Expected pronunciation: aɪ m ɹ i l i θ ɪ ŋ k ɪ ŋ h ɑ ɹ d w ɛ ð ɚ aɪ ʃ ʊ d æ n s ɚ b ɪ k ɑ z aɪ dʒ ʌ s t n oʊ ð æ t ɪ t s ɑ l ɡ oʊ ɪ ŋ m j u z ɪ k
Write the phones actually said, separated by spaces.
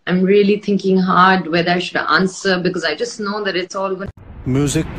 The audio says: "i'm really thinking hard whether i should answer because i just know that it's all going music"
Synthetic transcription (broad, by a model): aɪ m ɹ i l i t ɪ ŋ k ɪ ŋ h ɑ ɹ d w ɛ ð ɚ aɪ ʃ ʊ d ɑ n s ɚ b ɪ k ɑ z aɪ dʒ ʌ s t n oʊ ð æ t ɪ t s ɑ l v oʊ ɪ m j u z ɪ k